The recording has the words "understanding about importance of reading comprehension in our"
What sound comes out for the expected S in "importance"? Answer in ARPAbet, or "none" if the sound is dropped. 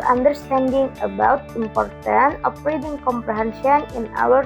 none